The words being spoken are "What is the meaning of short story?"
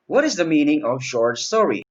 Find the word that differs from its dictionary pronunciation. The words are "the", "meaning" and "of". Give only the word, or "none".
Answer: none